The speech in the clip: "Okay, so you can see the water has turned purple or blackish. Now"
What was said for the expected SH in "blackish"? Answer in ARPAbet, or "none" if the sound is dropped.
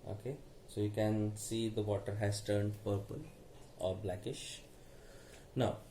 SH